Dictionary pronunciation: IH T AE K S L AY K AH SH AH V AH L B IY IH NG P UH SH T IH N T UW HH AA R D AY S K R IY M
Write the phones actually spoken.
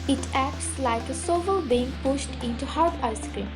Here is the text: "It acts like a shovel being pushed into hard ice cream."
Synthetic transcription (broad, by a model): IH T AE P S L AY K AH S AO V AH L B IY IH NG P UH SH T IH N T UW HH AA R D AY S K R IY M